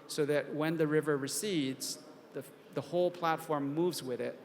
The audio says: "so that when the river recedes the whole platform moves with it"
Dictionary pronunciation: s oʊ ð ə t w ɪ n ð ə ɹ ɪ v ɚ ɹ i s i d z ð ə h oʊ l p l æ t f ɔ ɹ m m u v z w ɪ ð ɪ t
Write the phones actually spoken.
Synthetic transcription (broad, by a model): s oʊ ð ə t w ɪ n ð ə ɹ ɪ v ɚ ɹ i s i d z ð ə h oʊ l p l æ t f ɔ ɹ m m u v z w ɪ ð ɪ t